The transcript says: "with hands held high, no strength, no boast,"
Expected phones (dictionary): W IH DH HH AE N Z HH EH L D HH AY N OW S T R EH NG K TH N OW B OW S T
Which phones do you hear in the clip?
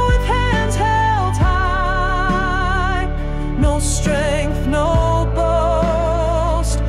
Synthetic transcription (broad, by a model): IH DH HH AE N Z HH EH L D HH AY N OW S T R EH NG K TH N OW B OW S T